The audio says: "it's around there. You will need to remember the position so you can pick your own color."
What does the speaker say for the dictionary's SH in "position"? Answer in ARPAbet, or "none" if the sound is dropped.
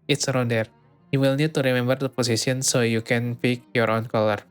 S